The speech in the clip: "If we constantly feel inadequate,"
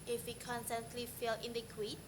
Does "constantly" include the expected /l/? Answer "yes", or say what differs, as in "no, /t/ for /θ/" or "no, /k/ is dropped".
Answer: yes